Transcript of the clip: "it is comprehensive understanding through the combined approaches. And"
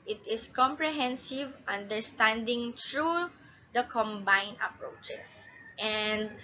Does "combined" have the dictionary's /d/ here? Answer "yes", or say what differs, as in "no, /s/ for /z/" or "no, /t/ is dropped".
no, /d/ is dropped